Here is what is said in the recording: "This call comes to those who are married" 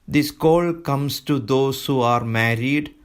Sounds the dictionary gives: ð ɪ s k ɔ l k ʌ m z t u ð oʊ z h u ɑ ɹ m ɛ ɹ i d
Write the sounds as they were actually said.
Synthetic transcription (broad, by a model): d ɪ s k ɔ l k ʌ m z t u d oʊ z h u ɑ ɹ m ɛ ɹ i d